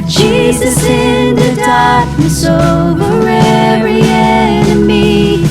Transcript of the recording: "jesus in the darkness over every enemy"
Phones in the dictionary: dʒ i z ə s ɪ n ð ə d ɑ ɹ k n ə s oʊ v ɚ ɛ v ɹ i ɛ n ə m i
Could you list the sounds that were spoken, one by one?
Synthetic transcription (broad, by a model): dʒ i z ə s ɪ n ð ə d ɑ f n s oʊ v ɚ ɛ ɹ i ɛ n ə m i